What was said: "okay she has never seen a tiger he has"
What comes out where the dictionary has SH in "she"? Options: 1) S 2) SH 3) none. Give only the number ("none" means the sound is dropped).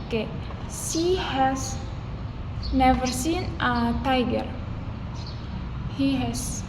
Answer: 1